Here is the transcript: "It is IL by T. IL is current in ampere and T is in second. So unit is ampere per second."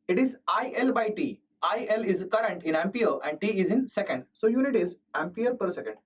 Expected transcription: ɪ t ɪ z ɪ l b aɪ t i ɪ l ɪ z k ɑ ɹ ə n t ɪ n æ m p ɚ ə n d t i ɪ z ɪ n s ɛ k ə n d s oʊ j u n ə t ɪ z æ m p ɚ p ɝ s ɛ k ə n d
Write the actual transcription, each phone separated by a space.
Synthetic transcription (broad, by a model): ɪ t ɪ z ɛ l b aɪ t i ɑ l ɪ z k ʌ ɹ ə n t ɪ n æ m p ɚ ə n d t i ɪ z ɪ n s ɛ k ə n d s oʊ j u n ə t ɪ z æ m p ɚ p ɝ s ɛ k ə n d